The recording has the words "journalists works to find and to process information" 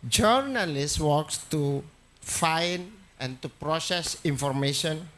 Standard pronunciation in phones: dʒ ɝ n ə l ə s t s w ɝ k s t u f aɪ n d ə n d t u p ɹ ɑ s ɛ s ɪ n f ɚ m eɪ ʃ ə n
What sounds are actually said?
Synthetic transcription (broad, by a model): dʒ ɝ n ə l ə s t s w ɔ k s t u f aɪ n ə n t u p ɹ ɑ s ɛ s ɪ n f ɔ m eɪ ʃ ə n